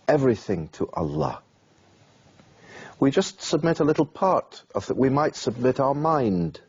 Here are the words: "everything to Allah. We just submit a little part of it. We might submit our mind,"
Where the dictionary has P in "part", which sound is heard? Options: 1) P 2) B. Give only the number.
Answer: 1